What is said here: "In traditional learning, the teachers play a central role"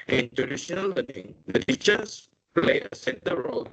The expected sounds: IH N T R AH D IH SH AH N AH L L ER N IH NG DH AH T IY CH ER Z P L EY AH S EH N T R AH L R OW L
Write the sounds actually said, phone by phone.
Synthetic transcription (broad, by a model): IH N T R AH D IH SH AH N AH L L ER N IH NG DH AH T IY CH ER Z P L EY AH S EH T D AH R OW L